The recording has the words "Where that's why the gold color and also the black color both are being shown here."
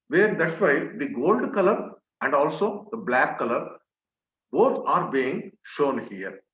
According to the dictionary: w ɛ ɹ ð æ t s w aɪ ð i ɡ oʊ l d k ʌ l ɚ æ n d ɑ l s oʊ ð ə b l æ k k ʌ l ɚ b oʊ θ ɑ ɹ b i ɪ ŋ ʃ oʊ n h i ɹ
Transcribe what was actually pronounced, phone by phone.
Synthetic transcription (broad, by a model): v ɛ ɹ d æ t s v aɪ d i ɡ oʊ l d k ʌ l ɚ æ n d ɑ l s oʊ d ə b l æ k k ʌ l ɚ b oʊ t ɑ ɹ b i ɪ ŋ ʃ oʊ n h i ɹ